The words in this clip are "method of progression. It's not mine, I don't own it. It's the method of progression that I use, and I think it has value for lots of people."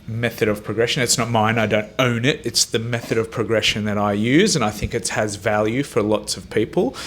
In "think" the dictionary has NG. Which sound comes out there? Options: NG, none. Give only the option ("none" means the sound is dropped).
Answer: NG